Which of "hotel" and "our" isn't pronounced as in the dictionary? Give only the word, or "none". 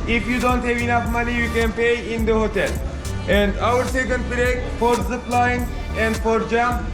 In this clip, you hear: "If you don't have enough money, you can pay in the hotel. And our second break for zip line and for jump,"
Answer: none